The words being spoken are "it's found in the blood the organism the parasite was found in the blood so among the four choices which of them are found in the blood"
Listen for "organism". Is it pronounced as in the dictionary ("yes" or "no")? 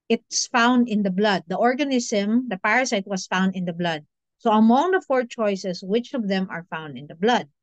no